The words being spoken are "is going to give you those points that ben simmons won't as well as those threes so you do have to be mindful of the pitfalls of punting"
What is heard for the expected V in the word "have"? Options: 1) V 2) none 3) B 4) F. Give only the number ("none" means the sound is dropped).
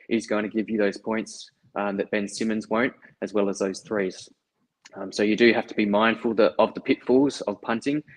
4